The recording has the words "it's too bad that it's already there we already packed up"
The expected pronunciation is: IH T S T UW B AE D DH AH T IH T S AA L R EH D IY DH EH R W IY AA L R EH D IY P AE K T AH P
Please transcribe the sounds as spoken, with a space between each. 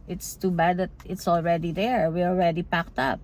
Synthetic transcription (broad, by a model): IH T S T UW B AE D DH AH T IH T S AA L R EH D IY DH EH R W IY AA L R EH D IY P AE K T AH P